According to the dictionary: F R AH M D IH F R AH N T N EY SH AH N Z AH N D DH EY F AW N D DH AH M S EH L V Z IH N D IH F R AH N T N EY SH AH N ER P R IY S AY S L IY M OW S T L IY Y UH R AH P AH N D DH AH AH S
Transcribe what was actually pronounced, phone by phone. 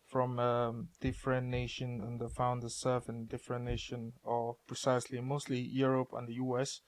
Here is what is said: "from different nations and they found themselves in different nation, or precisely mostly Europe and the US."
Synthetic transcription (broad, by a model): F R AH M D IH F R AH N N EY SH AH N AH N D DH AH F AW N D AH S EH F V IH N D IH F R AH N N EY SH AH N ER P R IY S AY S L IY M OW S T L IY Y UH R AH P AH N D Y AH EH S